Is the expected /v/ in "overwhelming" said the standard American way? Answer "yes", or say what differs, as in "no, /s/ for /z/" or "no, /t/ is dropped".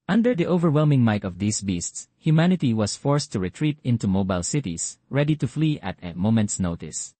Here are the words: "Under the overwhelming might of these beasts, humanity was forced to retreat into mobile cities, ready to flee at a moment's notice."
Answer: yes